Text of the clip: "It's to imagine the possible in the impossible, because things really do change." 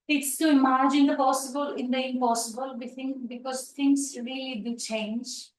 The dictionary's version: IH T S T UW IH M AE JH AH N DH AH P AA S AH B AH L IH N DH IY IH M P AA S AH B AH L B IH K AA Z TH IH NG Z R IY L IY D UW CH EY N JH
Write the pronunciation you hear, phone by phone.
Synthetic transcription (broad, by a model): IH T S T UW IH M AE JH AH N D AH P AA S AH B AH L IH N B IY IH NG P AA S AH B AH L B IH K AA Z T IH NG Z R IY L IY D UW CH EY N JH